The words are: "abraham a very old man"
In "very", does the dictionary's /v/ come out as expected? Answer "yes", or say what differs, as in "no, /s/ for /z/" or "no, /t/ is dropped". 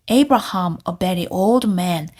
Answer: no, /b/ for /v/